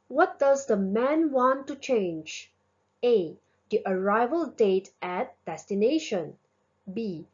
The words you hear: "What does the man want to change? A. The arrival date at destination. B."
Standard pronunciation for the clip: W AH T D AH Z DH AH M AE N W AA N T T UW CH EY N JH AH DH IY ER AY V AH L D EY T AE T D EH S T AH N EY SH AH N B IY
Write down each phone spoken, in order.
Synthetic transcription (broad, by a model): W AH T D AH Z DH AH M AE N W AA N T T UW CH EY N JH AH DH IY ER AY V AH L D EY T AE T D EH S T AH N EY SH AH N B IY